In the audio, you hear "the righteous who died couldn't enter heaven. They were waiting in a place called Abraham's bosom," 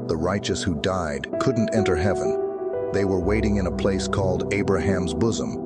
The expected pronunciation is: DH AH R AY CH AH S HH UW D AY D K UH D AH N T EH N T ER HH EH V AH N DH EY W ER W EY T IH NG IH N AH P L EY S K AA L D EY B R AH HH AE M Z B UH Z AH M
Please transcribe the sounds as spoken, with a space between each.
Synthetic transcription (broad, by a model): DH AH R AY CH AH S HH UW D AY D K UH D N T EH N T ER HH EH V AH N DH EY W ER W EY T IH NG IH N AH P L EY S K AA L D EY B R AH HH AE M Z B UH Z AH M